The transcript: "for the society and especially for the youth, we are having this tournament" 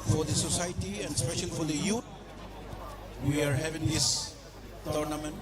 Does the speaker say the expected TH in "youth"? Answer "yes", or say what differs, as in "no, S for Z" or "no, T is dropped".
no, T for TH